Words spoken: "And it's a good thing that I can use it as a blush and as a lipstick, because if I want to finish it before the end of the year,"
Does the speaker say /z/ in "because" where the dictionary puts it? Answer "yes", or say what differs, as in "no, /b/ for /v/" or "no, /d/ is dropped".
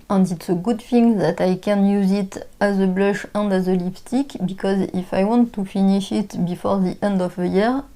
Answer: yes